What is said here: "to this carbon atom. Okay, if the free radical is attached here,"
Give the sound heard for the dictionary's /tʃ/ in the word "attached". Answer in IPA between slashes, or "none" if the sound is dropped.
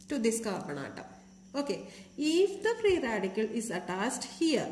/s/